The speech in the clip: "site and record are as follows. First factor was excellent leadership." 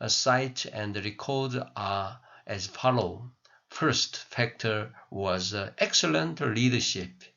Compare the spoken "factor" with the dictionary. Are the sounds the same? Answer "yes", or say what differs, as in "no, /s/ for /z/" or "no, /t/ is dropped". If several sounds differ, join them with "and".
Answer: yes